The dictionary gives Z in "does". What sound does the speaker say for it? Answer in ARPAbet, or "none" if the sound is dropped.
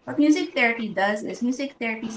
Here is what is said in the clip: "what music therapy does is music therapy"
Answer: Z